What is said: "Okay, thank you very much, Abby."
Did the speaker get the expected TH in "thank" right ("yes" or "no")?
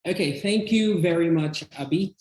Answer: yes